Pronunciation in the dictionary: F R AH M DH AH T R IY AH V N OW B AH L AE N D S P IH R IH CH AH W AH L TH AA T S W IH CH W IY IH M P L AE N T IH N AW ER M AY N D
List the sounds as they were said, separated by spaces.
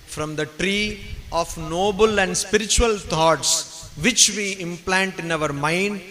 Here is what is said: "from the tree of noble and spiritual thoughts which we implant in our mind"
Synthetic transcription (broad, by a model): F R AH M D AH T R IY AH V N OW B AH L AE N D S P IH R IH CH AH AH L T AA T S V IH CH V IY IH M P L AE N T IH N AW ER M AY N D